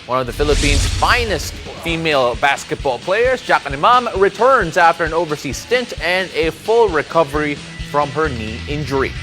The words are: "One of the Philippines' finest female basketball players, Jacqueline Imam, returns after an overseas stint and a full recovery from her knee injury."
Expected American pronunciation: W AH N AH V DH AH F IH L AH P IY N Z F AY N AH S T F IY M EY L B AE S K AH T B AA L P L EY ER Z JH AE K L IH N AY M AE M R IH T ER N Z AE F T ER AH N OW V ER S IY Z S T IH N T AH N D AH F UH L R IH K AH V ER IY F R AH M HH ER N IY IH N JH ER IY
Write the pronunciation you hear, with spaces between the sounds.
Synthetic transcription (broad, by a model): W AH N AH V DH AH F IH L AH P IY N Z F AY N AH S T F IY M EY L B AE S K AH T B AA L P L EY ER Z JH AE K IH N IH M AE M R IH T ER N Z AE F T ER AH N OW V ER S IY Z S T IH N T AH N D AH F UH L R IH K AH V ER IY F R AH M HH ER N IY IH N JH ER IY